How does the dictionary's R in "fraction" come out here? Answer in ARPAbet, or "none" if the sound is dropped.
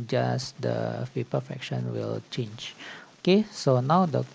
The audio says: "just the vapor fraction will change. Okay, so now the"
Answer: none